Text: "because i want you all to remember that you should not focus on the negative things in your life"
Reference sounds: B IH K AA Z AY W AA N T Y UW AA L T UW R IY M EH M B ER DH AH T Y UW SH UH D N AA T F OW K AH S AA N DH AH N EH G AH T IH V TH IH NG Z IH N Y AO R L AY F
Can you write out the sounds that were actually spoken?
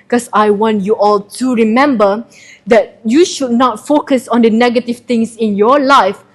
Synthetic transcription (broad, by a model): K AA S AY W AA N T Y UW AA L T UW R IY M EH M B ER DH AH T Y UW SH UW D N AA T F OW K AH S AA N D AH N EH G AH T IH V T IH NG S IH N Y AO L AY F